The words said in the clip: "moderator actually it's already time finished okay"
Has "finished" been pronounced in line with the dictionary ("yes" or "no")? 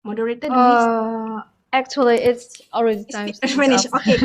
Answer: no